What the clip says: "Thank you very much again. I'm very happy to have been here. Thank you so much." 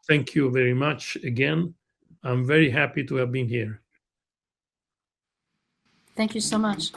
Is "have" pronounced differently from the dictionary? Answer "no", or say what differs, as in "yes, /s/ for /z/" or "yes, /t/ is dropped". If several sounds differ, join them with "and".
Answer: no